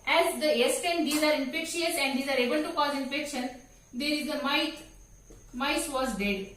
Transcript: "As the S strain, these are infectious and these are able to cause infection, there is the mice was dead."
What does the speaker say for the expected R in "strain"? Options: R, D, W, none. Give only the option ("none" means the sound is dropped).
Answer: none